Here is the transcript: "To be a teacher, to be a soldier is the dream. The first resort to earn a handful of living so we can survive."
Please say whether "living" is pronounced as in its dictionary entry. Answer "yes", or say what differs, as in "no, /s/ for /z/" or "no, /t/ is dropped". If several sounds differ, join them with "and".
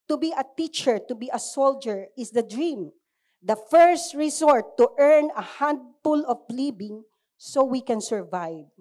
no, /b/ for /v/